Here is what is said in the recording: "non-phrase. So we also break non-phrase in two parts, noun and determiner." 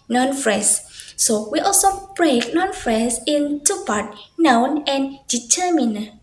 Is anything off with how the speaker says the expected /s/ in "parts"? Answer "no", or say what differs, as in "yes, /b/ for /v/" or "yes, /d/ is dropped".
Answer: yes, /s/ is dropped